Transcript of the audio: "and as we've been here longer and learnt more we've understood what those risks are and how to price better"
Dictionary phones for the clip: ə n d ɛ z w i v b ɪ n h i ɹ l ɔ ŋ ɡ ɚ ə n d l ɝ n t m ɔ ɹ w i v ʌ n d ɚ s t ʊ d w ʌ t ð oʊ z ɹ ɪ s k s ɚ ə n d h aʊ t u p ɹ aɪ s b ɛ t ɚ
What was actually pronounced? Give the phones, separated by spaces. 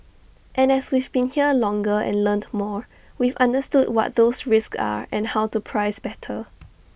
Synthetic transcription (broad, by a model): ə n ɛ s w i v b ɪ n h i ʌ l ɔ ŋ ɡ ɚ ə n l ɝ n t m ɔ ɹ w i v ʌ n d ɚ s t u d w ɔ t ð oʊ s ɹ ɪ s k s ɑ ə n h aʊ t u p ɹ aɪ s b ɛ t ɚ